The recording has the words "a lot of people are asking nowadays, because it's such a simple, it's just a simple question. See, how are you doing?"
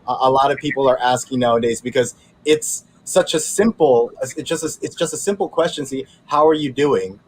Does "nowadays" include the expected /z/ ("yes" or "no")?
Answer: yes